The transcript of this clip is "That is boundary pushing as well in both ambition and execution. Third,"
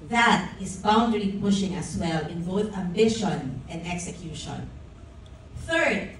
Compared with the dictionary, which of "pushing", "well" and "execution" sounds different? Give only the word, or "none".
none